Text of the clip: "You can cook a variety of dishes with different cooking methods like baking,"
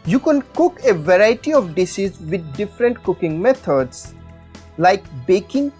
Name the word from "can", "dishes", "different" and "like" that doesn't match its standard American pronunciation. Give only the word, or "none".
dishes